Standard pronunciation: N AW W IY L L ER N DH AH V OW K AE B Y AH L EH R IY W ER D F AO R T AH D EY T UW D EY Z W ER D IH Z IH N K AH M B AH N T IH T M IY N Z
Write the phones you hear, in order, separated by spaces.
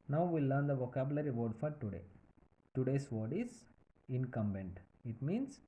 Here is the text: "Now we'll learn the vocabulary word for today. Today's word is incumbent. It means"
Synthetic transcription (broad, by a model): N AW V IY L L ER N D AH V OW K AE B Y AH L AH R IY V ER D F AO R T AH D EY T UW D EY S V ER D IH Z IH N K AH M B AH N T IH T M IY N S